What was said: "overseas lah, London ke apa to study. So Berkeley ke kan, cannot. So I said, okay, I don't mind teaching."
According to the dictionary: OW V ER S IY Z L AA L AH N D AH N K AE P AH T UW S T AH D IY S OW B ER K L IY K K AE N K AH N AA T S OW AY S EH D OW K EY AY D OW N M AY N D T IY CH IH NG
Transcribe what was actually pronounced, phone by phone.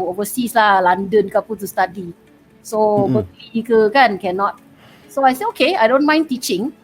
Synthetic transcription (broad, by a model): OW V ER S IY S L AA L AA N D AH N K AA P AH T UW S T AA D IY S OW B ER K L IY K K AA N K AH N AA T S OW AY S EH OW K EY AY D OW N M AY N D T IY CH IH NG